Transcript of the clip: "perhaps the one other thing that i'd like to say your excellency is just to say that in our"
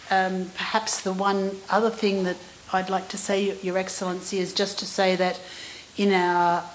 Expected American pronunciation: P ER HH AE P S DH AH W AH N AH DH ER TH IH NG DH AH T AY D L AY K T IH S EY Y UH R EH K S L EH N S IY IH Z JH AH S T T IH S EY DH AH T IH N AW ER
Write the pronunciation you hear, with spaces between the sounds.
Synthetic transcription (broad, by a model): P ER HH AE P S DH AH W AH N AH DH ER TH IH NG DH AH T AY D L AY K T IH S EY Y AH R EH K S L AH N S IY IH Z JH AH S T T IH S EY DH AH T IH N AW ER